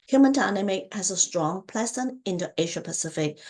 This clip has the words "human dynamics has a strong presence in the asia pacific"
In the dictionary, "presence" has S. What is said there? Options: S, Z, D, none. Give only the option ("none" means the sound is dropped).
none